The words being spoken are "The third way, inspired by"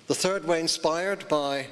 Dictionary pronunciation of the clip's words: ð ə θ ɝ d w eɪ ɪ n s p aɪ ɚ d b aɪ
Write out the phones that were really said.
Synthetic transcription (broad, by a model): ð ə θ ɝ d w eɪ ɪ n s p aɪ ɚ d b aɪ